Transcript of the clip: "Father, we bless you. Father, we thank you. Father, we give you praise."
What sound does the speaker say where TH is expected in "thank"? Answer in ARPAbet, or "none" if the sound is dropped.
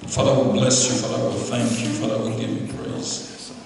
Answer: TH